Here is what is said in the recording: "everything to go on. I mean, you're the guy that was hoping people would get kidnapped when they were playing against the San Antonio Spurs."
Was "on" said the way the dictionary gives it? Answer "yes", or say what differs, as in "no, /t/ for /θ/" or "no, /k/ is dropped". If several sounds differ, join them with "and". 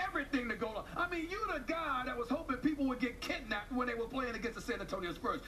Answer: no, /l/ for /n/